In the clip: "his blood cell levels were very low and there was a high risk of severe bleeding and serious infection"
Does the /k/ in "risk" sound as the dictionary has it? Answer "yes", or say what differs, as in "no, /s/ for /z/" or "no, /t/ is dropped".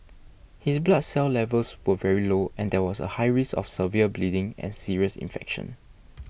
no, /k/ is dropped